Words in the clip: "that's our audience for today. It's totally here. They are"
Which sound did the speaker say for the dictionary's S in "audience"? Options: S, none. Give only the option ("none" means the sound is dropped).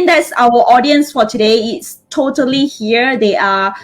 S